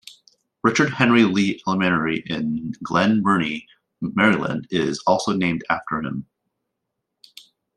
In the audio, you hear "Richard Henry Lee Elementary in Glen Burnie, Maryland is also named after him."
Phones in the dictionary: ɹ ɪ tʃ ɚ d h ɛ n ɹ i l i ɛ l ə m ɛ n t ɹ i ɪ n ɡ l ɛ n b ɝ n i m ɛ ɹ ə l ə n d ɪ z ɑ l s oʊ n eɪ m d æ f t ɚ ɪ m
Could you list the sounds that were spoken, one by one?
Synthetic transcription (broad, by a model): ɹ ɪ tʃ ɚ d h ɛ n ɹ i l i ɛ l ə m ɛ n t ɹ i ɪ n ɡ l ɛ n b ɝ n i m ɛ ɹ ə l ə n d ɪ z ɑ l s oʊ n eɪ m d æ f t ɚ ɪ m